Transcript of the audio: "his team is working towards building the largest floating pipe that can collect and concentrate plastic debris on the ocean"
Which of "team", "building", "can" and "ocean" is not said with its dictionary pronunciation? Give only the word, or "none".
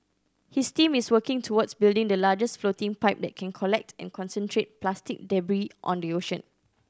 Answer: none